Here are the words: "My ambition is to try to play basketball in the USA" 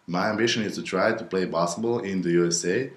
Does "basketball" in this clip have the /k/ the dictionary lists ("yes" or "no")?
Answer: no